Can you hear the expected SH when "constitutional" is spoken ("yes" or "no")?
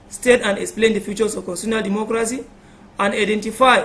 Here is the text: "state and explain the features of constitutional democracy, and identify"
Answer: no